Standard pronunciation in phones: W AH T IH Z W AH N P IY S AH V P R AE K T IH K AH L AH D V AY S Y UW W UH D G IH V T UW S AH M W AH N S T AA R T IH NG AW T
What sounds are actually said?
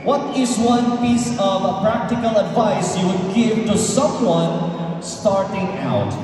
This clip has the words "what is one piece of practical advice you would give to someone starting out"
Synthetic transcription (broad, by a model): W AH T IH Z W AH N P IY S AH V P R AE K T IH K AH L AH D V AY S Y UW W UH D G IH V T UW S AH M W AH N S T AA R T IH NG AW T